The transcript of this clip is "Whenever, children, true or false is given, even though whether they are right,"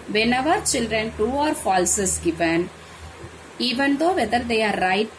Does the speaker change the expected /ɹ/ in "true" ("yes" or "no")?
yes